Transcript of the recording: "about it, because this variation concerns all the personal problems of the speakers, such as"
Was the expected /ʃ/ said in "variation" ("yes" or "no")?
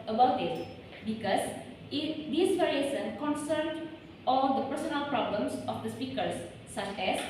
no